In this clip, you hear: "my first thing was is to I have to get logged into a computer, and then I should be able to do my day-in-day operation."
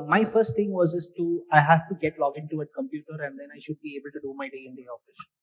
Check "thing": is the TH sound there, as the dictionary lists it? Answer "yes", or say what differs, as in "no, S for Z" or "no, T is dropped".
no, T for TH